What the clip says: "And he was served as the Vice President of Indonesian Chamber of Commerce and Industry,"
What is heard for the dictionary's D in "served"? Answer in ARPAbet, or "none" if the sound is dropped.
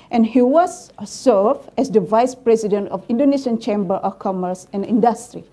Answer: none